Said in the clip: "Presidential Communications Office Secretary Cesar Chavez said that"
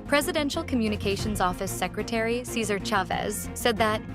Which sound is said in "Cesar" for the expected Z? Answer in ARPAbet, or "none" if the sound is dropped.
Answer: Z